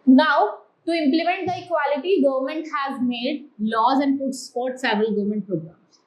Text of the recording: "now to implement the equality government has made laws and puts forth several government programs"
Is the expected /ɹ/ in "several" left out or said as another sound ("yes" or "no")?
yes